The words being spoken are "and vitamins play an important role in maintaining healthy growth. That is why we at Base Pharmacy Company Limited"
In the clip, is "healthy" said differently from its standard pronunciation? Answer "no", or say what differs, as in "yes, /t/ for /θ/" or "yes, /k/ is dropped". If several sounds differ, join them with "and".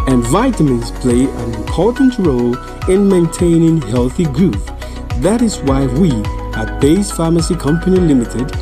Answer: no